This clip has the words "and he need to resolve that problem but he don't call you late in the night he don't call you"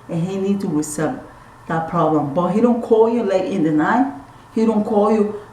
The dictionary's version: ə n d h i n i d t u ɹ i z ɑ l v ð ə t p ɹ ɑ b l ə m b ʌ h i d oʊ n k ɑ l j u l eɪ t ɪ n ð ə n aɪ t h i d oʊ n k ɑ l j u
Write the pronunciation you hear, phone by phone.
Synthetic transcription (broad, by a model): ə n h i n i d t u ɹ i s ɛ v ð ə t p ɹ ɑ b l ə m b ʌ h i d oʊ n k ɑ l j u l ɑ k ɪ n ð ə n aɪ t h i d oʊ n k ɑ l j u